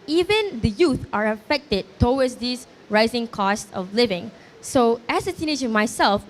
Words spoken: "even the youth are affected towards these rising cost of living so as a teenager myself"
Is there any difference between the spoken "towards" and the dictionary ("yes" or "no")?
yes